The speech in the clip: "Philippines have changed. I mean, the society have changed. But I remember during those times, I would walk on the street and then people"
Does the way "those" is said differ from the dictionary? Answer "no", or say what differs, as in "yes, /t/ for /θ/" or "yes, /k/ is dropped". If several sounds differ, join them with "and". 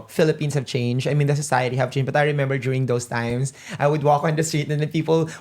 yes, /s/ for /z/